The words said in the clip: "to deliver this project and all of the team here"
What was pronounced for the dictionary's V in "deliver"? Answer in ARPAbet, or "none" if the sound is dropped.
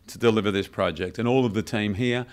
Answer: V